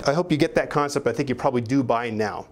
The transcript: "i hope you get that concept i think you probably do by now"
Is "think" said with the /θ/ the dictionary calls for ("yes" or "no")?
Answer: yes